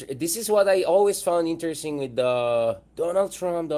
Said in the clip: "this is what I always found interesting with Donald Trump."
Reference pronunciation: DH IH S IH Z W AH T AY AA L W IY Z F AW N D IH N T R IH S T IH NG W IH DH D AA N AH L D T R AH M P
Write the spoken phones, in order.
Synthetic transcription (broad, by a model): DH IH S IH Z W AH T AY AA L W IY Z F AW N D IH N T R IH S T IH NG W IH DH D AA N AH L D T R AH M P